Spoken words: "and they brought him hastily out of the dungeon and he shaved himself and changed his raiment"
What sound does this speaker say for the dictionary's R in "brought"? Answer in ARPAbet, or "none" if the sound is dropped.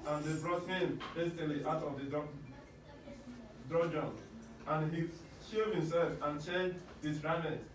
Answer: R